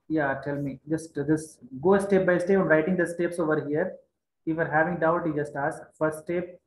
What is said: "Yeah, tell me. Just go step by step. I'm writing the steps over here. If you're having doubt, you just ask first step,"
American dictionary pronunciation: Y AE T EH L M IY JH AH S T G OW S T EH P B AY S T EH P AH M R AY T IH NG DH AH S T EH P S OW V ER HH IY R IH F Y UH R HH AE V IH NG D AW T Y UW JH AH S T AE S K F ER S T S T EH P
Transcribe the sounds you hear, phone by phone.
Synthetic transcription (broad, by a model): Y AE T EH L M IY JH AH S T G OW S T EH P B AY S T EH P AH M R AY T IH NG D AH S T EH P S OW V ER HH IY R IH F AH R HH AE V IH NG D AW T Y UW JH AH S T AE S K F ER T S T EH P